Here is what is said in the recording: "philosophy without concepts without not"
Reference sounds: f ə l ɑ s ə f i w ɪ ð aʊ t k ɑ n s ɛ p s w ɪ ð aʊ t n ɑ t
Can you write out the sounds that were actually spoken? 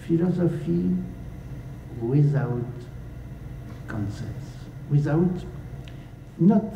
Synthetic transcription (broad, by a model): f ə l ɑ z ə f i w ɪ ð aʊ t k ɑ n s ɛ s w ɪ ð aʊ t n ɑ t